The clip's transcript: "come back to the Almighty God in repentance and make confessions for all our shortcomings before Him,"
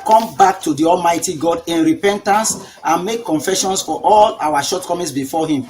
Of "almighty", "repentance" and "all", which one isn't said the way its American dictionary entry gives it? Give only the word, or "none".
none